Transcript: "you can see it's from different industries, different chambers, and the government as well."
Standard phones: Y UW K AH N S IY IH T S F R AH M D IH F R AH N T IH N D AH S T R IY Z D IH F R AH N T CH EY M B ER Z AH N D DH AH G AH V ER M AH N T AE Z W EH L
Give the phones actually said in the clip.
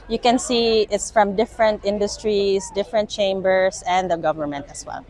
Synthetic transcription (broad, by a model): Y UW K AH N S IY IH T S F R AH M D IH F R AH N T IH N D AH S T R IY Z D IH F R AH N T CH EY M B ER S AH N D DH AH G AH V ER M AH N T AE S W EH L